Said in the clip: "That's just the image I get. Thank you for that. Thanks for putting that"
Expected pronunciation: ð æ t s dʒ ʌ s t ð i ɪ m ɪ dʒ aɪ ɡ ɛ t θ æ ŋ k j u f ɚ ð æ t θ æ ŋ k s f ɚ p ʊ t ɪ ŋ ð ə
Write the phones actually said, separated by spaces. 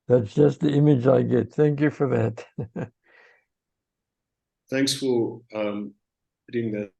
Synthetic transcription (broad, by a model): ð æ t s dʒ ʌ s t ð i ɪ m ɪ dʒ aɪ ɡ ɛ t θ æ ŋ k j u f ɚ ð æ t θ æ ŋ k s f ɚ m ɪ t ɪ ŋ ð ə